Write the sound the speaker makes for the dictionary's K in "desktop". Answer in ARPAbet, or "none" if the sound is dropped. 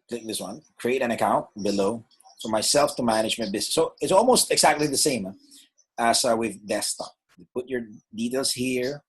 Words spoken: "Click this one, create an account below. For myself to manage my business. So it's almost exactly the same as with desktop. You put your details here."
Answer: none